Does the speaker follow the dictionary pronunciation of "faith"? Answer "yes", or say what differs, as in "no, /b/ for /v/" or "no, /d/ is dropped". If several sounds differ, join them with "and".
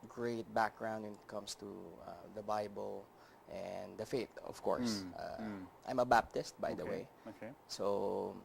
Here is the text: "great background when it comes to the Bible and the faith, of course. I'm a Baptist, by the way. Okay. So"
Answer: no, /t/ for /θ/